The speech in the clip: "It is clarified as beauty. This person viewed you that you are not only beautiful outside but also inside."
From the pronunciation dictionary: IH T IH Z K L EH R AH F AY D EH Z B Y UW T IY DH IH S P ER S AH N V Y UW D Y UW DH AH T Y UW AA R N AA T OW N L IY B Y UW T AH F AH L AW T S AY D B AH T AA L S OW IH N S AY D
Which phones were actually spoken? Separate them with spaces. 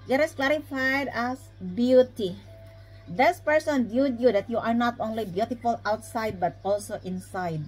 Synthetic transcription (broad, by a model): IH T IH S K L EH R AH F AY D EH S B Y UW T IY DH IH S P ER S AH N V Y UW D Y UW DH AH T Y UW AA R N AA T OW N L IY B Y UW T AH F AH L AW T S AY D B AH T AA L S OW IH N S AY D